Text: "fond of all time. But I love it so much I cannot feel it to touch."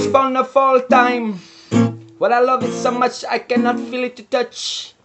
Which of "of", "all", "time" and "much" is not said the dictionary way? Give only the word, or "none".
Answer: of